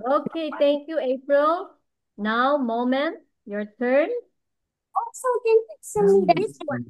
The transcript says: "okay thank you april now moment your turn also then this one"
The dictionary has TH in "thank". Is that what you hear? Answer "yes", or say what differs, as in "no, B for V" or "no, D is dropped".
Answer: no, T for TH